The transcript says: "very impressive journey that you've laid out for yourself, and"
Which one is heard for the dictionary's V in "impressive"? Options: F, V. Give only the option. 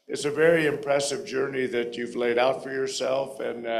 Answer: V